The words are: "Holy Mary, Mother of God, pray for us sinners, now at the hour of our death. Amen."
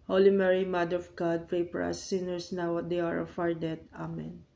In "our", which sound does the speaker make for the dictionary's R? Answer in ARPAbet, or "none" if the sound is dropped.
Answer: R